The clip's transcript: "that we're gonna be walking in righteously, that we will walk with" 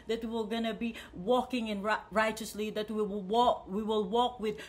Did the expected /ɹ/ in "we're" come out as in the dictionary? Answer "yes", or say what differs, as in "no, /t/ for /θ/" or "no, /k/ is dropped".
no, /w/ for /ɹ/